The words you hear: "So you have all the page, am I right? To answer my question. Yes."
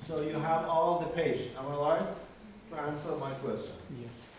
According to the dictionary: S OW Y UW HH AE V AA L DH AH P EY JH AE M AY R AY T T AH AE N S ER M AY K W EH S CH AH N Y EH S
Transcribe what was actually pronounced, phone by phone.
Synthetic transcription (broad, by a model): S OW Y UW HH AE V AA L DH AH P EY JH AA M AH L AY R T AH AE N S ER M AY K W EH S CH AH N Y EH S